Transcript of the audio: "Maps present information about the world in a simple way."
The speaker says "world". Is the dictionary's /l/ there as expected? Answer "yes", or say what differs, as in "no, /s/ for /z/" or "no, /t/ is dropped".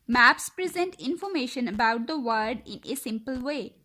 no, /l/ is dropped